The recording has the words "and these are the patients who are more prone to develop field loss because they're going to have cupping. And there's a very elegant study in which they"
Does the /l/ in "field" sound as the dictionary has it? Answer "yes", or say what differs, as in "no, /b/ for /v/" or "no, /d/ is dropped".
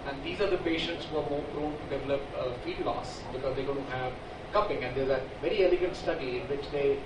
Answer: no, /l/ is dropped